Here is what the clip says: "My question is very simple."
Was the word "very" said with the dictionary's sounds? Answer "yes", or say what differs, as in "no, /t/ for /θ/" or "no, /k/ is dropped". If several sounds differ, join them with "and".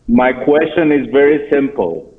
yes